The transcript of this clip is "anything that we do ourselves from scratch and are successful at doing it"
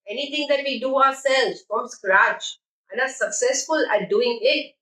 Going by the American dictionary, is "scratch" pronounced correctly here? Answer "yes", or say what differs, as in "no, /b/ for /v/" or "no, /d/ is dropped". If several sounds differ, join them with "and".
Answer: yes